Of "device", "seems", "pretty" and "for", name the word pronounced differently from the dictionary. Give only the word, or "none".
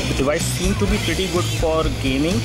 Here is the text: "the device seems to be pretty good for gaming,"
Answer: seems